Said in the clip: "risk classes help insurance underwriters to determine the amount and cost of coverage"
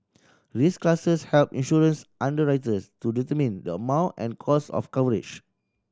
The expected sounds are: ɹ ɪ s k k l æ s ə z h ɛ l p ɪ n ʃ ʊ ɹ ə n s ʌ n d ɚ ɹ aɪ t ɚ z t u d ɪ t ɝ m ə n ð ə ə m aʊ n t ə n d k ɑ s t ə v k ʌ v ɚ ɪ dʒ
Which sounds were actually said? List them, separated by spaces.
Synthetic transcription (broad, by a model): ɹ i s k k l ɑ s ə s h ɛ l p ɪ n ʃ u ɹ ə n s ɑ n d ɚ ɹ aɪ t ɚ s t u d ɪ t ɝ m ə n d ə ə m aʊ n t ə n k ɑ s ə f k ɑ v ɚ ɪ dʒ